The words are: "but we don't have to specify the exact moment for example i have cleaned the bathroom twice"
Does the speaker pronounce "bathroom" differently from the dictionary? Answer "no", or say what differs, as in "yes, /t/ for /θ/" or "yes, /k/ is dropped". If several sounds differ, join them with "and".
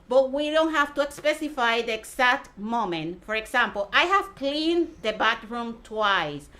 yes, /t/ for /θ/